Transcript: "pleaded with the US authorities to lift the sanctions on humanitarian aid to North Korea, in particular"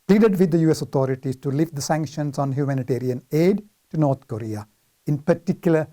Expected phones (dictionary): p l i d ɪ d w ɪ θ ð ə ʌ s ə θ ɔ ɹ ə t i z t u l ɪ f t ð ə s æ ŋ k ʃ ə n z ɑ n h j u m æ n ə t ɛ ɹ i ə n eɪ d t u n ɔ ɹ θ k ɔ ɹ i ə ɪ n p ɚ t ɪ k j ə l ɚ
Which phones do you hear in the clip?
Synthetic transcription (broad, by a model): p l i d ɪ d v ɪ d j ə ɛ s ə t ɔ ɹ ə t i s t u l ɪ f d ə s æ ŋ k ʃ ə n s ɑ n h j u m æ n ə t ɛ ɹ i ə n eɪ d t u n ɔ ɹ t k ɔ ɹ i ə ɪ n p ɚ t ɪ k j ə l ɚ